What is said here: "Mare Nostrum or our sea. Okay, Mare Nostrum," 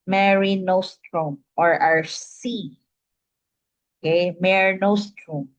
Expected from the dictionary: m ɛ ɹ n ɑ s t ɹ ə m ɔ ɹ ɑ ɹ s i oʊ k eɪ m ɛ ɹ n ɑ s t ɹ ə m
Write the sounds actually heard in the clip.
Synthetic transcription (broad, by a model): m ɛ ɹ n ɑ s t ɹ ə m ɔ ɹ ɑ ɹ s i oʊ k eɪ m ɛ ɹ n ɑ s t ɹ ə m